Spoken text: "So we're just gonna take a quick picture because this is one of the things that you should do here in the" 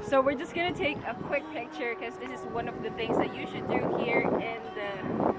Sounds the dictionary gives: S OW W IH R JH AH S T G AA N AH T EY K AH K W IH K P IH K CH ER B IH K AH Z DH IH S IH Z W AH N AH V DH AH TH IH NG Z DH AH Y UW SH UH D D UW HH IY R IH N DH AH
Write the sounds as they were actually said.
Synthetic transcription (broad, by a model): S OW W IH R JH AH S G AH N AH T EY K AH K W IH K P IH K CH ER B IH K AH Z DH IH S IH Z W AH N AH V DH AH TH IH NG Z DH AH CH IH SH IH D D UW HH IY R IH N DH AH